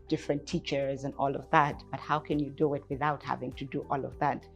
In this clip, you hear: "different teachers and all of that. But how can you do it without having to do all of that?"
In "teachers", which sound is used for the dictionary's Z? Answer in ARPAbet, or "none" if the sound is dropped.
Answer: Z